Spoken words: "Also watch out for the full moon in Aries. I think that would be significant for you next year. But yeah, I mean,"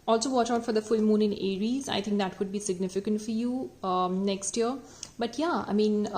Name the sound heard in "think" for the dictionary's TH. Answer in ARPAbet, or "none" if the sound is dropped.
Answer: T